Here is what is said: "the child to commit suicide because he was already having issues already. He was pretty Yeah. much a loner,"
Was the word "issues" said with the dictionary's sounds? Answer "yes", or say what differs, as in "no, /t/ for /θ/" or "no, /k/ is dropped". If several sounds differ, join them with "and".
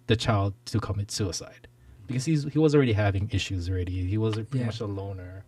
yes